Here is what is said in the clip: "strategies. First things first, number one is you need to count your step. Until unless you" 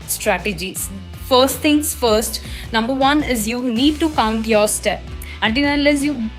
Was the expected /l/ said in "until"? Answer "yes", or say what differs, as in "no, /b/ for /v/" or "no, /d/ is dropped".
no, /n/ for /l/